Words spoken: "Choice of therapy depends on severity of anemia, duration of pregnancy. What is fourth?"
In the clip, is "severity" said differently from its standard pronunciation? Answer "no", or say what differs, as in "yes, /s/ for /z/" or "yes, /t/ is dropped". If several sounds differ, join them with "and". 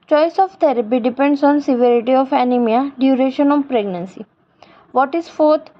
no